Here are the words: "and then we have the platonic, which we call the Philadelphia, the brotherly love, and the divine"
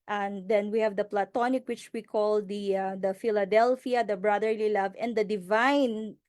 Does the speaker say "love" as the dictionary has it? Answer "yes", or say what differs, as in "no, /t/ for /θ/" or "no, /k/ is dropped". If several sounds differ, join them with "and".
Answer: yes